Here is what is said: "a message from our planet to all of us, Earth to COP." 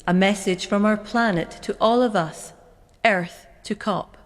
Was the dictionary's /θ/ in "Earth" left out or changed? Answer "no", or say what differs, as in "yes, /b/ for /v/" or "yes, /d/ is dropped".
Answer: no